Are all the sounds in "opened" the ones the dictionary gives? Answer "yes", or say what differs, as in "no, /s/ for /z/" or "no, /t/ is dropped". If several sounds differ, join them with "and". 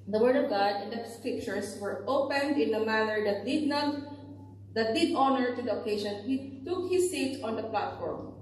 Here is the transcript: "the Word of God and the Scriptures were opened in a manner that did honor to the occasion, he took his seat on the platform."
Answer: yes